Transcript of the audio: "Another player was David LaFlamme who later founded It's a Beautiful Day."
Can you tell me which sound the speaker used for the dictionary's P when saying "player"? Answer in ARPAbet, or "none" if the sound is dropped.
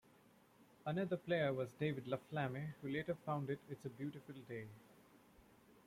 P